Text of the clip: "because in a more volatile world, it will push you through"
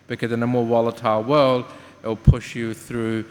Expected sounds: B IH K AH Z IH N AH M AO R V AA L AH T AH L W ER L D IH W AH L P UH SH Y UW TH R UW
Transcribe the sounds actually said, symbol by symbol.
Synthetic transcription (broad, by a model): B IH K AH Z IH N AH M AO R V AA L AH T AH L W ER L D IH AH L P UH SH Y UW TH R UW